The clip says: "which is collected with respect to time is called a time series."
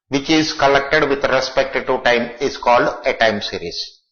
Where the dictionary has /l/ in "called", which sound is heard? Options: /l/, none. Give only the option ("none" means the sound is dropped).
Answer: /l/